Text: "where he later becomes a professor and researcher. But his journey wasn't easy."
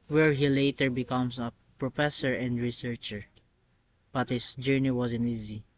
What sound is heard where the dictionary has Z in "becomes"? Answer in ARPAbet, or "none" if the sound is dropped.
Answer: S